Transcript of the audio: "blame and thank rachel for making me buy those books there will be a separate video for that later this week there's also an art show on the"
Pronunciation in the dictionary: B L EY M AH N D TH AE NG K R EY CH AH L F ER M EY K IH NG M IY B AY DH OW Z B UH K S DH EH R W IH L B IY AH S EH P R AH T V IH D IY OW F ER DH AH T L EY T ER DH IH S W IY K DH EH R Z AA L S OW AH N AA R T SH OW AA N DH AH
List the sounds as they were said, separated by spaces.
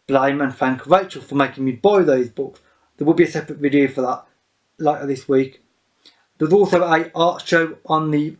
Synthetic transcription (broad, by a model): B L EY M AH N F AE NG K R EY CH AH L F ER M EY K IH NG M IY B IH DH OW Z B UH K S DH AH W IH L B IY AH S EH P R AH T V IH D IY OW F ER DH AH T L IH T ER DH IH S W IY K DH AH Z AA L S OW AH AA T SH OW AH N DH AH